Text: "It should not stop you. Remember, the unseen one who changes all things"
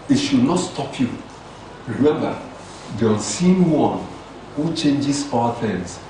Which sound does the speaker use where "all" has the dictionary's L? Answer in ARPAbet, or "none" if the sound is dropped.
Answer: W